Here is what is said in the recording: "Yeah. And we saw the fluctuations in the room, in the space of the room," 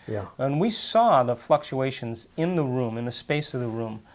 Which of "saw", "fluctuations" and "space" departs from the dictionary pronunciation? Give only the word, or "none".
none